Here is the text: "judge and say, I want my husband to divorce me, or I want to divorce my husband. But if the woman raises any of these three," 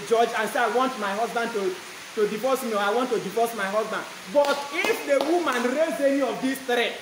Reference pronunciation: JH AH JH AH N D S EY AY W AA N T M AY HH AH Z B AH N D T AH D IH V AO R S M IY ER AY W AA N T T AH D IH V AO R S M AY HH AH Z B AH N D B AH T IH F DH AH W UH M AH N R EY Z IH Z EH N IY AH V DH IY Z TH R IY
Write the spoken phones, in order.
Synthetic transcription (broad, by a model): JH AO JH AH N S EY AY W AA N T M AY HH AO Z B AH N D T AH D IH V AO S M IY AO AY W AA N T T AH D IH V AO S M AY HH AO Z B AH N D B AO T IH F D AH W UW M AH N R EY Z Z EH N IY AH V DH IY S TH R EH